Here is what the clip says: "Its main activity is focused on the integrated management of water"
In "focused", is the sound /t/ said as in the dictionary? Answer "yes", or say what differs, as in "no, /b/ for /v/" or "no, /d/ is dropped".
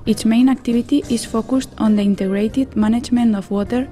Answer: yes